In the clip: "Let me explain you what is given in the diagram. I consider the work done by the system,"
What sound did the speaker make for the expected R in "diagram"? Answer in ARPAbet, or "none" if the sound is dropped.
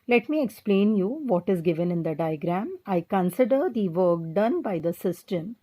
R